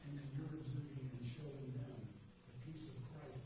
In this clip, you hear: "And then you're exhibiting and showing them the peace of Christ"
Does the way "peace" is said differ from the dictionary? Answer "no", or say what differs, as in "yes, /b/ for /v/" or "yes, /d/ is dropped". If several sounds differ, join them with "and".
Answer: no